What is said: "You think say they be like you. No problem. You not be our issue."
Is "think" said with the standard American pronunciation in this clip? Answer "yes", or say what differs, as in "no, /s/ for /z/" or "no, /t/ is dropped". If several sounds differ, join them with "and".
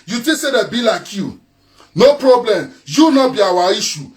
no, /t/ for /θ/